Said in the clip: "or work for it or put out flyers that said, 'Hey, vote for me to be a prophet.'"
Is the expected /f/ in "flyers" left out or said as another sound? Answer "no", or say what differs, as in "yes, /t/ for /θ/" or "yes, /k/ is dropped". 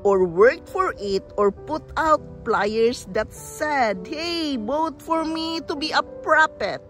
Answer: yes, /p/ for /f/